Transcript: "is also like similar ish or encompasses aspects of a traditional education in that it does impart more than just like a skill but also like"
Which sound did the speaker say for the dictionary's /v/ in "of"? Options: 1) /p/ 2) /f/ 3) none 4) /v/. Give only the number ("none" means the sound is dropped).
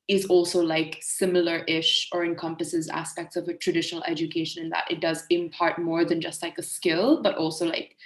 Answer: 4